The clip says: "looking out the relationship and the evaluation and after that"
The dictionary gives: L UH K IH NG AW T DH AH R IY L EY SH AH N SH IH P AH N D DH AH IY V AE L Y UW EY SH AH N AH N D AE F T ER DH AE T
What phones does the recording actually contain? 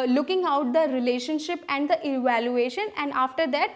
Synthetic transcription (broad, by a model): L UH K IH NG AW T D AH R IY L EY SH AH N SH IH P AH N D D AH IY V AE L Y UW EY SH AH N AH N D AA F T ER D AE T